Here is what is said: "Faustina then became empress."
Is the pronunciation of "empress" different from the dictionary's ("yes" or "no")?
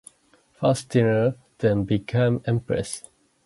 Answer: no